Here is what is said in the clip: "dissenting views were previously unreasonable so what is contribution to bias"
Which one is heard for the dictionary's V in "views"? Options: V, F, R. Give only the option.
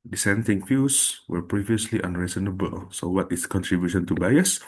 F